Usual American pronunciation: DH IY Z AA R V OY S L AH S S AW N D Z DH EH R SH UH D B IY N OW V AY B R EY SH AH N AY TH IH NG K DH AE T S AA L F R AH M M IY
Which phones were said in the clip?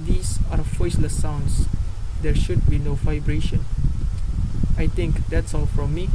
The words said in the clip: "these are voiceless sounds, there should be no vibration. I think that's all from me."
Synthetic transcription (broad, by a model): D IY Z AA R F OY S L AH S S AW N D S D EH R SH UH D B IY N OW V AY B R EY SH AH N AY T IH NG K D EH T S AA L F R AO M M IY